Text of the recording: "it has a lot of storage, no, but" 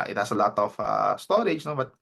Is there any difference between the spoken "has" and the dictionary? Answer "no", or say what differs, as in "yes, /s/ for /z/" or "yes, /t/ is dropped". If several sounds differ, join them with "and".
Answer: yes, /s/ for /z/